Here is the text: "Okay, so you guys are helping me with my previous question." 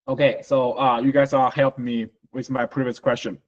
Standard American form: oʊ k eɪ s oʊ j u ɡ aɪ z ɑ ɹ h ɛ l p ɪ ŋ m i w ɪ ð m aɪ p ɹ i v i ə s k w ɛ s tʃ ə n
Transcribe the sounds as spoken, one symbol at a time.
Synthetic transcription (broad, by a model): oʊ k eɪ s oʊ j u ɡ aɪ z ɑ l h ɛ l p m i w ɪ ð m aɪ p ɹ i v i ə s k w ɛ s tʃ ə n